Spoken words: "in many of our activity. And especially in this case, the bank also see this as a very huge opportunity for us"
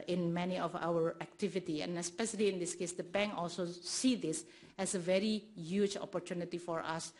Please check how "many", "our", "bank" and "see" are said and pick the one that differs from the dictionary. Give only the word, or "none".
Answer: bank